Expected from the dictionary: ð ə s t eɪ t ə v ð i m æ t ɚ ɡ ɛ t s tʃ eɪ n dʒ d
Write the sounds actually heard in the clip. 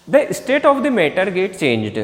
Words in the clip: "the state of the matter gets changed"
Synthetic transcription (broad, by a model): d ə s t eɪ t ə v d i m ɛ t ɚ ɡ ɛ t tʃ eɪ n dʒ d